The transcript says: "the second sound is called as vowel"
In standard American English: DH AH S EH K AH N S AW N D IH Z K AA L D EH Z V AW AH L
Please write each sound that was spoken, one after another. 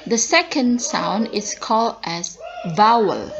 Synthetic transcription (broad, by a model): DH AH S EH K AH N S AW N D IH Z K AA L D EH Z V AW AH L